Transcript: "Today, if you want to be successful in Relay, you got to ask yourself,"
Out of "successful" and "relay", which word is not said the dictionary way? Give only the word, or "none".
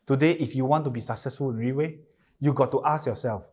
relay